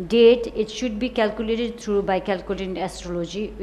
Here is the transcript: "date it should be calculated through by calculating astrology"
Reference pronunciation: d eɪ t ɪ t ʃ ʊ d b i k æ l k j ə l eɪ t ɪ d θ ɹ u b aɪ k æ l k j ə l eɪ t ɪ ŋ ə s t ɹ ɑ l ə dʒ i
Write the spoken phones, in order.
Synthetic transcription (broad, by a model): d eɪ t ɪ t ʃ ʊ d b i k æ l k j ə l eɪ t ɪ d t ɹ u b aɪ k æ l k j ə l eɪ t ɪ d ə s t ɹ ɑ l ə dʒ i